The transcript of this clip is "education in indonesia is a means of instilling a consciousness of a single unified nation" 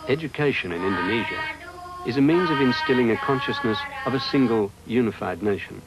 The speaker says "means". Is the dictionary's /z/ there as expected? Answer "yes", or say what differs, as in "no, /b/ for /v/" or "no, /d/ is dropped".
yes